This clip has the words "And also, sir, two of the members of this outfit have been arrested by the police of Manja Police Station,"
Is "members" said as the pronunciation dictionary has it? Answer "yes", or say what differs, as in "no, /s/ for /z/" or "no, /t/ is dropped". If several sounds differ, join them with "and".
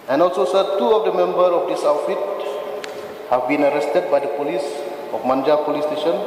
no, /z/ is dropped